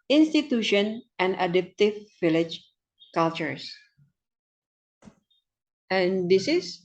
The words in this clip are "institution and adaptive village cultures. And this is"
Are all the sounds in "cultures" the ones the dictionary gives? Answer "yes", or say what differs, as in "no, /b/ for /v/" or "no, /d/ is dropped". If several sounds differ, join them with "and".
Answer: no, /s/ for /z/